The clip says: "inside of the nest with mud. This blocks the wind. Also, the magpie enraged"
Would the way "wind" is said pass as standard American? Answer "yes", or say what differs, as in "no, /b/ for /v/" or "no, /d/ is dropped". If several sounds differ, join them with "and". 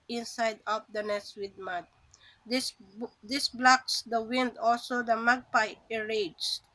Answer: yes